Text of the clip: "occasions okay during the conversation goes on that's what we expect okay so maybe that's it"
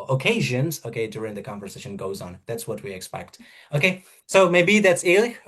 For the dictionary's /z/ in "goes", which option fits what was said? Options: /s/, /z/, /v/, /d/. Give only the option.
/z/